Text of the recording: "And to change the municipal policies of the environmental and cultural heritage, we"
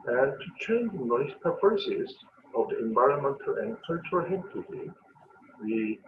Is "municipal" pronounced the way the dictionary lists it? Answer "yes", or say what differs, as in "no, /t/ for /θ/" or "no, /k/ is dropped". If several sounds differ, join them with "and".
no, /n/ is dropped